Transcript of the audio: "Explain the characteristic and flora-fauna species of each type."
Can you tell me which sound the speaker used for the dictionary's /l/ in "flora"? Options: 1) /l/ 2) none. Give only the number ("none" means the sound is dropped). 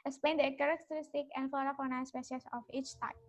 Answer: 2